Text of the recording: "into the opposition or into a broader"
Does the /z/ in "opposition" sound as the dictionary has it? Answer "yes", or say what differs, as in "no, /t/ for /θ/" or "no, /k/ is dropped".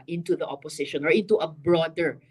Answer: no, /s/ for /z/